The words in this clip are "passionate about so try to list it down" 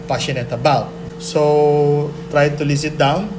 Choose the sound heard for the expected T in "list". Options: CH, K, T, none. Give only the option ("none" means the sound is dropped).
none